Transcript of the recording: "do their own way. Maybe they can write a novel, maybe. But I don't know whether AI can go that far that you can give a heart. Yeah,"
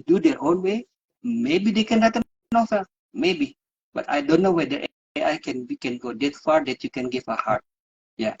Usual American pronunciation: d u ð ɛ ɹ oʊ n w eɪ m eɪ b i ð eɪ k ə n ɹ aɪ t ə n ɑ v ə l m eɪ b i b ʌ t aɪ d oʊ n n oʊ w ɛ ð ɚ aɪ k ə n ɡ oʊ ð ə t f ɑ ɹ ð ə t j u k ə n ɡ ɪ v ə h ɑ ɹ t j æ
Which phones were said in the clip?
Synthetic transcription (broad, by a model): d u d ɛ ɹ oʊ n w eɪ m eɪ b i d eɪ k ə n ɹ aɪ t ə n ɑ f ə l m eɪ b i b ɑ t aɪ d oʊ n n oʊ w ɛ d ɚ aɪ k ə n ɡ oʊ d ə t f ɑ ɹ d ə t j u k ə n ɡ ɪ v ə h ɑ ɹ t j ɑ